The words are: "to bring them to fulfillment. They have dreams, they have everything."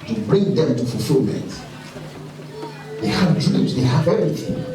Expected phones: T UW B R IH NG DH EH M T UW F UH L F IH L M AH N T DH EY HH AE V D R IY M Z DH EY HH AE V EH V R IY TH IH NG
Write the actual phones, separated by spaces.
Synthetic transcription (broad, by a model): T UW B R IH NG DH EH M T UW F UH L F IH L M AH T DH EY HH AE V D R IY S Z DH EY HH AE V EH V R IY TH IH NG